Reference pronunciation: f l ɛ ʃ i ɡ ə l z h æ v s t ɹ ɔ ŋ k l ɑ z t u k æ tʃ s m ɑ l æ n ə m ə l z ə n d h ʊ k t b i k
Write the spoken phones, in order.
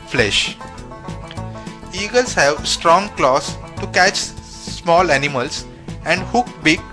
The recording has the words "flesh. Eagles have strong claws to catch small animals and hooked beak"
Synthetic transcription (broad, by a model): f l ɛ ʃ i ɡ ə l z h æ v s t ɹ ɔ ŋ k l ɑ s t u k æ tʃ s m ɑ l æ n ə m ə l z ə n d h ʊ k b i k